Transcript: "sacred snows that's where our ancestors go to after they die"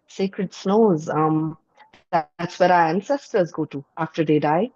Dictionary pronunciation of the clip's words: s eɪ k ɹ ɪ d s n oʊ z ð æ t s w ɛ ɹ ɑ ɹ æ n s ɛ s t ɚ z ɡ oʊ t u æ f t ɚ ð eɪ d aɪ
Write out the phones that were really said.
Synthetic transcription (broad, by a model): s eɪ k ɹ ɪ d s n oʊ z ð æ t s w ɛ ɹ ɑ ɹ æ n s ɛ s t ɚ z ɡ oʊ t u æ f t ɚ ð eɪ d aɪ